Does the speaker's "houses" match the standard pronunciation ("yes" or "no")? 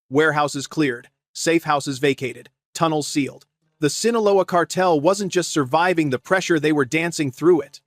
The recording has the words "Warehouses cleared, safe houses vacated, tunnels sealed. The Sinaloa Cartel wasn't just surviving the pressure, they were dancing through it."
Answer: yes